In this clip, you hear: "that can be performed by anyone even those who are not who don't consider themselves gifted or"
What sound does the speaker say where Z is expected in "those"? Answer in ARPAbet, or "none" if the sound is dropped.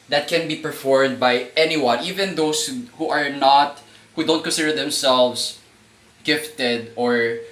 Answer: S